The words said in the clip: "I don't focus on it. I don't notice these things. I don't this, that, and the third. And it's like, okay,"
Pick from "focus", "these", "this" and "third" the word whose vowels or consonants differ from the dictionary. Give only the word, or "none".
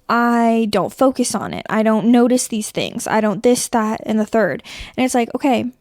none